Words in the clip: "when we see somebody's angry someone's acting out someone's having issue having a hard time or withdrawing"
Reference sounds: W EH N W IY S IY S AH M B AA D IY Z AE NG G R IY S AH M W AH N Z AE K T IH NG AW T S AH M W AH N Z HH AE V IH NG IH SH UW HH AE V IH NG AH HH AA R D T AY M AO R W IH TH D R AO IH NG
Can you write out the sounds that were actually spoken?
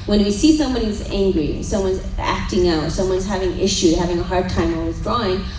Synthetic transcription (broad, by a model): W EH N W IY S IY S AH M B AA D IY Z AE NG G R IY S AH M W AH N Z AE K T IH NG AW T S AH M W AH N Z HH AE V IH NG IH SH UW HH AE V IH NG AH HH AA R D T AY M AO L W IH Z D R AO IH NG